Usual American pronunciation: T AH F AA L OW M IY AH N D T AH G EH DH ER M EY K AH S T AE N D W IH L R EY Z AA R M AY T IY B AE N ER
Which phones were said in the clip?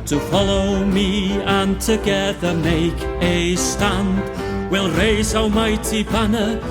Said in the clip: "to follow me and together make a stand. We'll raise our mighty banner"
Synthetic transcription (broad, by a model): T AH F AA L OW M IY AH N T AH G EH DH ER M EY K AH S T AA N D W IH L R EY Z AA W M AY T IY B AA N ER